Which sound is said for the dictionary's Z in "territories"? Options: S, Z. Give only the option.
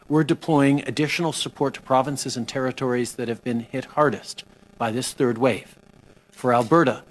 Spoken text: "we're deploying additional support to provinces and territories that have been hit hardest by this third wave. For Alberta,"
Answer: Z